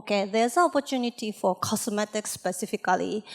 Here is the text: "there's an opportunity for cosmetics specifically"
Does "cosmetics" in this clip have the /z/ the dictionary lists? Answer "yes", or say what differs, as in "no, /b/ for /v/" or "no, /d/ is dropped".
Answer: no, /s/ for /z/